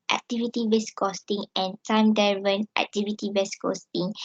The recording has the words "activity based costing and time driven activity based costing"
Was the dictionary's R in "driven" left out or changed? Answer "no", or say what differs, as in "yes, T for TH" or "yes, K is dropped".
yes, R is dropped